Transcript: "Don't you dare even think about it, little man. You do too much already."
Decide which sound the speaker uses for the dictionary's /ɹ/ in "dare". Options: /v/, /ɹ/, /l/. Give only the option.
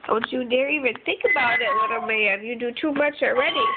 /ɹ/